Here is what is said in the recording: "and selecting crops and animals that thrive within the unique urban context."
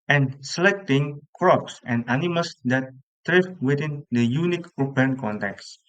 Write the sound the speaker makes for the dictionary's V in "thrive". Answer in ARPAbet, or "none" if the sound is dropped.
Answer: F